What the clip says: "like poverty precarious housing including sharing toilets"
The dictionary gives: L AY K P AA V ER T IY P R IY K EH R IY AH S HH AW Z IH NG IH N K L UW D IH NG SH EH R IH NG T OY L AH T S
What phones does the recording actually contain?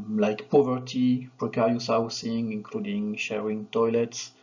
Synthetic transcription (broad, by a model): L AY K P AA V ER T IY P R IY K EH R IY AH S HH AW S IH NG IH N K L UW D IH NG SH EH R IH NG T OY L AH T S